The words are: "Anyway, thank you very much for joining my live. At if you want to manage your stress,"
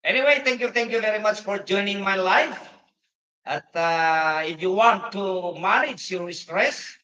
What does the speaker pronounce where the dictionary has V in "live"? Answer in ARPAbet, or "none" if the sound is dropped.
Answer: F